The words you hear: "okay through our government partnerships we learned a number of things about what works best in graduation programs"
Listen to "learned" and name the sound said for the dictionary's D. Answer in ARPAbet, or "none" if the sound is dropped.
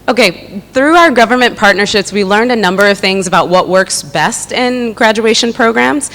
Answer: D